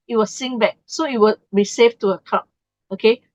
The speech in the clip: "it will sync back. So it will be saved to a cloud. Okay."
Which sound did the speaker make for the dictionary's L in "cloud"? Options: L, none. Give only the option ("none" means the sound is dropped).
none